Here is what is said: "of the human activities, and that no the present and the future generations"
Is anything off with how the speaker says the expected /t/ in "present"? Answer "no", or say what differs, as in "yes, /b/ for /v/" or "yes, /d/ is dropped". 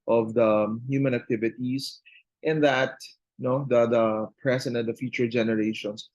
yes, /t/ is dropped